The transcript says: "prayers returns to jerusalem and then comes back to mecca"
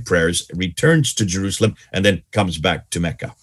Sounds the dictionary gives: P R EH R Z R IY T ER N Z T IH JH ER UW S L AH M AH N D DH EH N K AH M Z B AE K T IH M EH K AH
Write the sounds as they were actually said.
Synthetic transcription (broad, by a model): P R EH R Z R IY T ER N Z T IH JH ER UW S L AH M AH N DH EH N K AH M Z B AE K T IH M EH K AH